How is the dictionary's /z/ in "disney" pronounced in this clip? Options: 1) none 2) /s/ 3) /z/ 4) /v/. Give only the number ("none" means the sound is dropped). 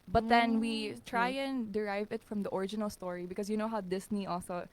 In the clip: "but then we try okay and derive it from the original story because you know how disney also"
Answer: 2